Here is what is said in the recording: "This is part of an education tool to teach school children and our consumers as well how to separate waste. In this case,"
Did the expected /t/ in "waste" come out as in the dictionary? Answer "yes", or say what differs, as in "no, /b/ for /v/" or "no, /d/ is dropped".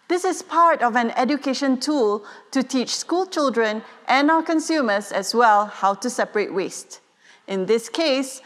yes